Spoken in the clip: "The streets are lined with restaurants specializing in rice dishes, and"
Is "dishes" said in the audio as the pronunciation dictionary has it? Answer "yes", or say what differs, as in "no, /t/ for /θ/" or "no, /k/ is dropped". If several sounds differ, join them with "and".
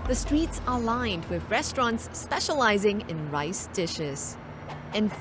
yes